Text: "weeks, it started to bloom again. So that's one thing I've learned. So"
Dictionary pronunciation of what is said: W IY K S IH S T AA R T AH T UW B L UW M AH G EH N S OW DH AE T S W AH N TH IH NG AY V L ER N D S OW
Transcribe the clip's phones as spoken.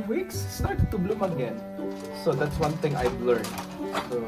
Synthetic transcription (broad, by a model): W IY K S S T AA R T T UW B L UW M AH G EH N S OW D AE T S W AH N T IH NG AY V L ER N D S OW